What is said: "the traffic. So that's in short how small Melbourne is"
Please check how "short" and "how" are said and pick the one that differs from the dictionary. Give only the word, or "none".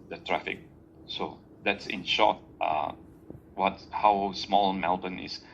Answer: short